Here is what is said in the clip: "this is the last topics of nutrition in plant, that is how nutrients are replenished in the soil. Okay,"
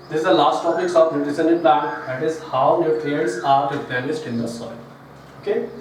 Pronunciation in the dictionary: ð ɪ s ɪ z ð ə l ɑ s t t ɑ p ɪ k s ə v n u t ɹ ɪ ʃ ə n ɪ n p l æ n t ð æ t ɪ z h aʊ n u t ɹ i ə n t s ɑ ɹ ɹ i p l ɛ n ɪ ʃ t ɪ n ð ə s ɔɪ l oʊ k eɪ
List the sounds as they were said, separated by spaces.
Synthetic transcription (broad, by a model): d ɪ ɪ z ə l ɑ s t t ɑ p ɪ k s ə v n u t ɪ s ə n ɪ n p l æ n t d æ t ɪ z h aʊ n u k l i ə t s ɑ ɹ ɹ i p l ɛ l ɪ s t ɪ n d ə s ɔɪ l oʊ k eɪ